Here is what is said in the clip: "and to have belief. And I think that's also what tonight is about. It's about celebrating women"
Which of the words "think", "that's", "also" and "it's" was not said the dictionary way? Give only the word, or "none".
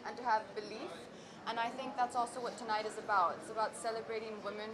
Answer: none